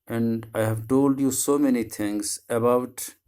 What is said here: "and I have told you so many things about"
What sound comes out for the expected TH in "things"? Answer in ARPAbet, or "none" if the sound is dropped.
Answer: T